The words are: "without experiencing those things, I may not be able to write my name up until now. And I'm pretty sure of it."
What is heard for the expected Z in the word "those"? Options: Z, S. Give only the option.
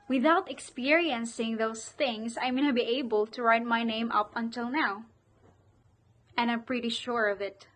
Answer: S